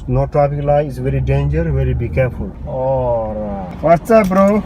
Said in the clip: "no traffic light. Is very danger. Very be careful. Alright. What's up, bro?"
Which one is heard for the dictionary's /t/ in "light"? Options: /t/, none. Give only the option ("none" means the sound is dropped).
none